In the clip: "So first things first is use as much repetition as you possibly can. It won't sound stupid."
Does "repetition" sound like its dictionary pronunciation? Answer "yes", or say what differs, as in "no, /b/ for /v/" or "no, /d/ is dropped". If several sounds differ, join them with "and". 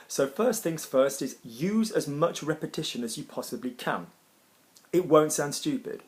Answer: yes